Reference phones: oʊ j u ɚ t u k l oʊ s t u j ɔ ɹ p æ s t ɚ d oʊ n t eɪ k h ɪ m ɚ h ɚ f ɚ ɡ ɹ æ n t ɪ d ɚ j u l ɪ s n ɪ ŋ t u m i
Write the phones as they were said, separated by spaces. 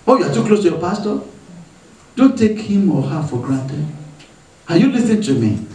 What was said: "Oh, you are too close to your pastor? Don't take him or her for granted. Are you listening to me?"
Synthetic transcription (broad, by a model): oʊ j u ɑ t u k l oʊ s t u j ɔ p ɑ s t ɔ d oʊ n t eɪ k h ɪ m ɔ h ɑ f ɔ ɡ ɹ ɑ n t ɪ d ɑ j u l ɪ s ɪ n t u m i